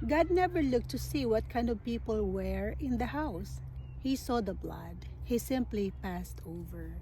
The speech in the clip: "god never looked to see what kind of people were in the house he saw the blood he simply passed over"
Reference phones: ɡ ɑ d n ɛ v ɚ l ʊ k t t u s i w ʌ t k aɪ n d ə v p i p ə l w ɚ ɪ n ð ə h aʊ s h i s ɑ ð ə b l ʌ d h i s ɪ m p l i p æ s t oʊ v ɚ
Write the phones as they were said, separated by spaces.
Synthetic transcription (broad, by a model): ɡ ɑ d n ɛ v ɚ l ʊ k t t u s i w ʌ t k aɪ n d ə v p i p ə l w ɚ ɪ n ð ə h aʊ s h i s ɑ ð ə b l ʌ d h i s ɪ m p l i p æ s t oʊ v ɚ